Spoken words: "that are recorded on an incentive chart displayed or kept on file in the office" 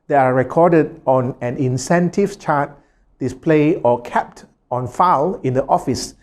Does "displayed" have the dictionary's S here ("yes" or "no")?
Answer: yes